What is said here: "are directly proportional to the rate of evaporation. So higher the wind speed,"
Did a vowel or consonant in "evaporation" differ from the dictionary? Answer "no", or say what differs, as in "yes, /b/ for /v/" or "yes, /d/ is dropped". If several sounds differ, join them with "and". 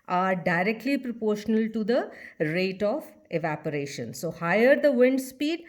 no